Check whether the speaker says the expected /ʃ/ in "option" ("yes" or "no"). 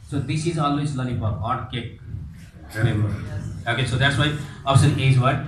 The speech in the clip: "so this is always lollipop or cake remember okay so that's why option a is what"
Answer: no